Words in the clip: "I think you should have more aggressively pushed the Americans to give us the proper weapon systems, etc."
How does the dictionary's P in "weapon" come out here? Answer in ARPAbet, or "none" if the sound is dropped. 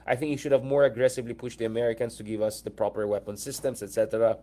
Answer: P